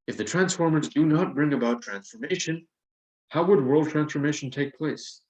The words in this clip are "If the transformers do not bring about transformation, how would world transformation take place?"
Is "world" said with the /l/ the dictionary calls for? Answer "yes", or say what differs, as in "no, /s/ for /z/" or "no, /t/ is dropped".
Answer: yes